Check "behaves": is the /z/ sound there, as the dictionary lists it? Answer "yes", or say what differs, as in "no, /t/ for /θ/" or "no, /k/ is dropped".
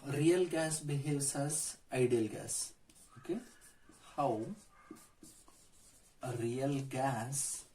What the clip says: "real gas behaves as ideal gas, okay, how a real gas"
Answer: no, /s/ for /z/